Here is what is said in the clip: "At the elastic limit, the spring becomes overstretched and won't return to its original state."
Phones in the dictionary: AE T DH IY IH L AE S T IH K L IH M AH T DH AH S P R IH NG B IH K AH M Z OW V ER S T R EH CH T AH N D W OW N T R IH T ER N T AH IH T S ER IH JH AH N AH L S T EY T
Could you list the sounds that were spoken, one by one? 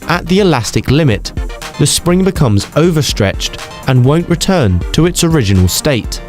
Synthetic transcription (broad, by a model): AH T DH IY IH L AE S T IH K L IH M AH T DH AH S P R IH NG B IH K AH M Z OW V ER S T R EH CH T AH N W OW N T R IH T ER N T AH IH T S ER IH JH AH N AH L S T EY T